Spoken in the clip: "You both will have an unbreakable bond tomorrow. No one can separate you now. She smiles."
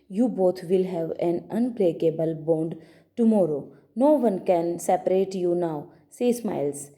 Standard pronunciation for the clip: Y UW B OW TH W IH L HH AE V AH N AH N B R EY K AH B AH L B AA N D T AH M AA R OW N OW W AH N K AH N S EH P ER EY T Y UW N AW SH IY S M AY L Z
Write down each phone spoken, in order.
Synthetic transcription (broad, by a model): Y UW B OW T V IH L HH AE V AH N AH N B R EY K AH B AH L B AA N D T AH M AA R OW N OW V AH N K AH N S EH P ER EY T Y UW N AW S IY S M AY L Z